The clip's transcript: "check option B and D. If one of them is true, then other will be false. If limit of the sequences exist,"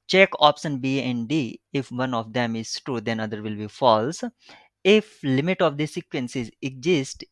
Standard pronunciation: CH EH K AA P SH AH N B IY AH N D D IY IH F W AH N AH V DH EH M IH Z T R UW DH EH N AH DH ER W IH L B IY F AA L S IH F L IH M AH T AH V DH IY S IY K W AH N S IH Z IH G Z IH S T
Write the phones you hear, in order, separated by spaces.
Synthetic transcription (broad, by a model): CH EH K AA P SH AH N B IY AH N D D IY IH F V AH N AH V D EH M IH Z T UW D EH N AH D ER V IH L B IY F AA L S IH F L IH M AH T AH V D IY S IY K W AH N S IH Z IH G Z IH S T